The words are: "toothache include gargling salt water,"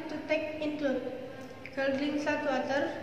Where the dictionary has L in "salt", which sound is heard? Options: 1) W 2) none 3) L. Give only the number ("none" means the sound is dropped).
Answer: 2